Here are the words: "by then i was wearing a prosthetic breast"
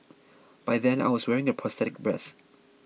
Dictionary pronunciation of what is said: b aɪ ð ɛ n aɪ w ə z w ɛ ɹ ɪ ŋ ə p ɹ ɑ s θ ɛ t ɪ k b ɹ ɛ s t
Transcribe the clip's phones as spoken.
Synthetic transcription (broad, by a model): b aɪ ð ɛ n aɪ w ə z w ɛ ɹ ɪ ŋ ə p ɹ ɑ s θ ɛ t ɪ k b ɹ ɛ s